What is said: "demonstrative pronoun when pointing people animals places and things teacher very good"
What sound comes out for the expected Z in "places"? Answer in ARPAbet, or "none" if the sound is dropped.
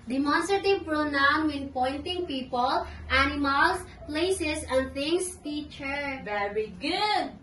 S